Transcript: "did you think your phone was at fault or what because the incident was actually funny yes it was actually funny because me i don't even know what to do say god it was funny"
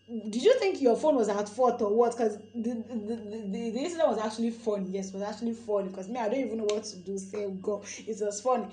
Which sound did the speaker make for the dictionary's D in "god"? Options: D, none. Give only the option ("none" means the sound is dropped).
none